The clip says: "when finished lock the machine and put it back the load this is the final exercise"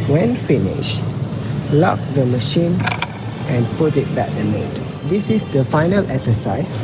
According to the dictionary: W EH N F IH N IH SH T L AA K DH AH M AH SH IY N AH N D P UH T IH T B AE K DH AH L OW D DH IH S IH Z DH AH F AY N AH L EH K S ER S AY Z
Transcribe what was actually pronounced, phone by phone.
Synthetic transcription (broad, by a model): W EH N F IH N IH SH L AA K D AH M AH SH IY N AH N P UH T IH T B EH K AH N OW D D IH S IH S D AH F AY N AH L EH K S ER S AY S